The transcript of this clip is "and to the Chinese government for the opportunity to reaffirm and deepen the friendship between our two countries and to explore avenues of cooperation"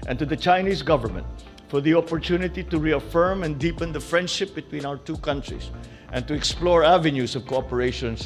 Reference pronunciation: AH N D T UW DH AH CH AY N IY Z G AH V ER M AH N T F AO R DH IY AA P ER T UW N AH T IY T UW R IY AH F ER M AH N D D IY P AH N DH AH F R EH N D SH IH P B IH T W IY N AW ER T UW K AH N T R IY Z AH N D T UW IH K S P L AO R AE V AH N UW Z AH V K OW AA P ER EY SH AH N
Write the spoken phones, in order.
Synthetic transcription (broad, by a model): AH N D T UW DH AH CH AY N IY S G AH V ER M AH N T F AO R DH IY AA P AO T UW N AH T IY T UW R IY AH F ER M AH N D D IY P AH N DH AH F R EH N D SH IH P B IH T W IY N AW ER T UW K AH N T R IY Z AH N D T UW IH K S P L AO R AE V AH N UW S AH V K OW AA P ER EY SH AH N